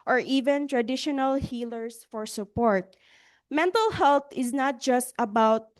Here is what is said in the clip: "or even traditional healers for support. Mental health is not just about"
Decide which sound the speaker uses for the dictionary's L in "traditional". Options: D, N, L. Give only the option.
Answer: L